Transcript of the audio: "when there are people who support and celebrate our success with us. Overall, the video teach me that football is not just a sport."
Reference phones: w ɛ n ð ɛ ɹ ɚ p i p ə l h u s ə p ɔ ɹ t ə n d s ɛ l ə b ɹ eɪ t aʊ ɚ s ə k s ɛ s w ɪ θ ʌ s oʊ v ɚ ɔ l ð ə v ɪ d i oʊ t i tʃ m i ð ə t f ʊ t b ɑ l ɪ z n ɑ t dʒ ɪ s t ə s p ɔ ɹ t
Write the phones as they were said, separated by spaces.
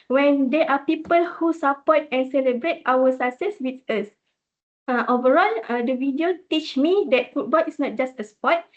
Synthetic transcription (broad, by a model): w ɛ n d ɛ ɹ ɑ p i p ə l h u s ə p ɔ t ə n s ɛ l ə b ɹ eɪ t aʊ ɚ s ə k s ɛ s w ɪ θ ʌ s oʊ v ɚ ɔ l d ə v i d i oʊ t i tʃ m i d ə t f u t b ɑ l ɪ s n ɑ t dʒ ɪ s t ə s p ɔ t